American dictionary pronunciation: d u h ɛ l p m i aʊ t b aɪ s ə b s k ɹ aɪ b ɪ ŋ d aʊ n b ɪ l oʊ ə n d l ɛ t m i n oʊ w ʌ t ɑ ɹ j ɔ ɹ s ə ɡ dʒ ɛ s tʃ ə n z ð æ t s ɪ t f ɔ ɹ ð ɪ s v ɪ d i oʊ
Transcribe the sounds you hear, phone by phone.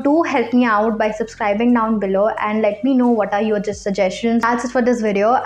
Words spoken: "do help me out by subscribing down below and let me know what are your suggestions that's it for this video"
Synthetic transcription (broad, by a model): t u h ɛ l p m i aʊ t b aɪ s ə b s k ɹ aɪ b ɪ ŋ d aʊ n b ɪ l oʊ ə n d l ɛ t m i n oʊ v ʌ t ɑ ɹ j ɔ ɹ s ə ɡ dʒ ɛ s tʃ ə n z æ s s ɪ t f ɔ ɹ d ɪ s v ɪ d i oʊ